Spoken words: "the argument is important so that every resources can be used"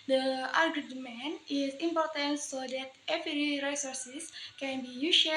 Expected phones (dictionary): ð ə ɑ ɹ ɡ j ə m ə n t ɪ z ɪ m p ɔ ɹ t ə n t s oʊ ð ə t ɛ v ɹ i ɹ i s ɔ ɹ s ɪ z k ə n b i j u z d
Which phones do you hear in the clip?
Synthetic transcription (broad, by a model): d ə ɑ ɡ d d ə m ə n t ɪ s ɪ m p ɔ ɹ t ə n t s oʊ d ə t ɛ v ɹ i ɹ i s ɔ ɹ s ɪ s k ə n b i j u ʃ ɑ